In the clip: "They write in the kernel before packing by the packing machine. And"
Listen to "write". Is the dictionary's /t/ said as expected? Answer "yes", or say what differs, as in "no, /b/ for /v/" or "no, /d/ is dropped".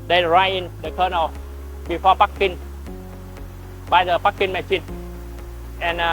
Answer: no, /t/ is dropped